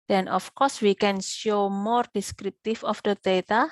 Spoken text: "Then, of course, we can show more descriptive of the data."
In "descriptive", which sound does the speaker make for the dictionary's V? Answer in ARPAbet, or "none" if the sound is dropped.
F